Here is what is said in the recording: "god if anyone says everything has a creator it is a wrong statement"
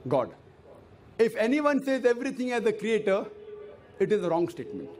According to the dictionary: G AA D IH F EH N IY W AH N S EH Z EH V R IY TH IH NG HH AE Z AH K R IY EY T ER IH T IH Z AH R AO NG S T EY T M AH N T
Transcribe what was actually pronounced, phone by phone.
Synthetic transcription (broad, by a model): G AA D IH F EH N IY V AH N S EH Z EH V R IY T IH NG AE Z AH K R IY EY T ER IH T IH Z AH R AO NG S T EY T M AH N T